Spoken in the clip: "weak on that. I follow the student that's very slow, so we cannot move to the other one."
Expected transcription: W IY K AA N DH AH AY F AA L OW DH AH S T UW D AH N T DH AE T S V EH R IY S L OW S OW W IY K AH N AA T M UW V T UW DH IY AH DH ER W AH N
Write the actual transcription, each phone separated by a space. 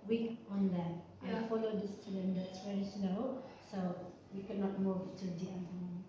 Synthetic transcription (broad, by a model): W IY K AA N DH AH AY F AA L OW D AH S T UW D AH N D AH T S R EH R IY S N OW S OW W IY K AH N AA T M UW V T UW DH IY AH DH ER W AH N